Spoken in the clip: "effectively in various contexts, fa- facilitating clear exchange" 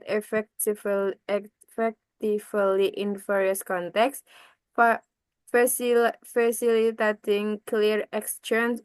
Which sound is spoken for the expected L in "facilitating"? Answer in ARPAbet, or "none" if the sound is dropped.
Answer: none